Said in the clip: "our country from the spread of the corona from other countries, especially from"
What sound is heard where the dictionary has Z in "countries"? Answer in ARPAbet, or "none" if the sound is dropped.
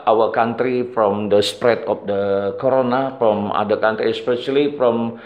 none